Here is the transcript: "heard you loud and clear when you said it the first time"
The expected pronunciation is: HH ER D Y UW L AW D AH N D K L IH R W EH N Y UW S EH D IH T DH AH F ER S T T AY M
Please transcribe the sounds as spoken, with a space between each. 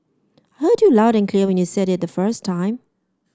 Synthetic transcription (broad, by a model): HH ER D Y UW L AW D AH N K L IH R W EH N Y UW S EH D IH T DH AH F ER S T T AY M